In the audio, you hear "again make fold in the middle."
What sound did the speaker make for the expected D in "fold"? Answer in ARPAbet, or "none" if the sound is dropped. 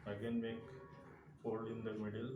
none